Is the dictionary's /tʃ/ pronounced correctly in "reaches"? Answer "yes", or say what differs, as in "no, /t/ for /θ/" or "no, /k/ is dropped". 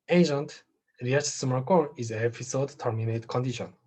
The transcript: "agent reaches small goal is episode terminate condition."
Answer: no, /tʃ/ is dropped